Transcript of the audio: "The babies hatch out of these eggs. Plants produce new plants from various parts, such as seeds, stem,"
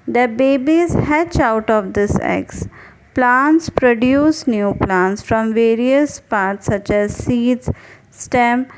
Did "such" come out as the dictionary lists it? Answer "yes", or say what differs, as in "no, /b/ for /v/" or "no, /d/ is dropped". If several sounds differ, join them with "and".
yes